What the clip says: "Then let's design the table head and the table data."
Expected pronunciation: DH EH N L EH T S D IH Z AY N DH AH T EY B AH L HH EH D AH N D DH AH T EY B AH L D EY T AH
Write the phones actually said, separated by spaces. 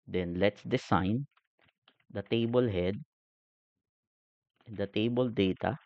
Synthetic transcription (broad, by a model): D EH N L EH T S D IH S AY N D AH T EY B AH L HH EH D AH N D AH T EY B AH L D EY T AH